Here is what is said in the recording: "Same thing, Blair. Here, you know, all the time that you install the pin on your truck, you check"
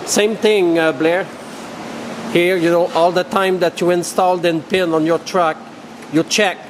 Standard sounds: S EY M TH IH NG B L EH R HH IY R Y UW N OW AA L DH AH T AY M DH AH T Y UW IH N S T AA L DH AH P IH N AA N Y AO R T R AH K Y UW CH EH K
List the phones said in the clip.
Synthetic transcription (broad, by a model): S EY M T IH NG B L EH R HH IY R Y UW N OW AA L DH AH T AY M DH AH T Y UW IH N S T AA L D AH P IH N AA N Y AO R T R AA K Y UW CH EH K